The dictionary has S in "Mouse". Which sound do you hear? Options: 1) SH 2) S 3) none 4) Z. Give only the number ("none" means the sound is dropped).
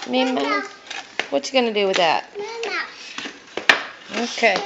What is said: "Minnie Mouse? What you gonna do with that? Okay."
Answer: 3